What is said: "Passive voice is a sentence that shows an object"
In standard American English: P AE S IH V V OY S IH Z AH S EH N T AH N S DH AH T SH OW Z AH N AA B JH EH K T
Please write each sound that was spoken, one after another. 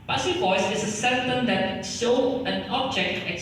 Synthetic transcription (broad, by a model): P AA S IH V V OY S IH S AH S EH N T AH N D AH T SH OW AH N AA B JH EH K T